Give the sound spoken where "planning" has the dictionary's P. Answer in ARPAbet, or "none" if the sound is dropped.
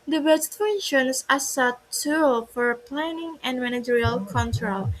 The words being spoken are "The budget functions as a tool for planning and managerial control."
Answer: P